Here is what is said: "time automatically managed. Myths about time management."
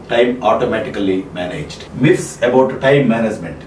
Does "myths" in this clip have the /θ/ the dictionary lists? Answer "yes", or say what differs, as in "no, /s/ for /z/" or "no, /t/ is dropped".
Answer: no, /f/ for /θ/